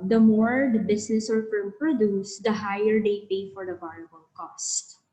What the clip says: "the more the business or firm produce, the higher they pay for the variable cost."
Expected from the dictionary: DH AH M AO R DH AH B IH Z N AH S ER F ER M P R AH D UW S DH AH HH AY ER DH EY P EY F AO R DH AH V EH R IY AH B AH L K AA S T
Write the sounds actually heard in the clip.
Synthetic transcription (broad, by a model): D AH M AO R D B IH S N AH S ER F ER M P R AH D UW S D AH HH AY ER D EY P EY F AO R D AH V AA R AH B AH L K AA S T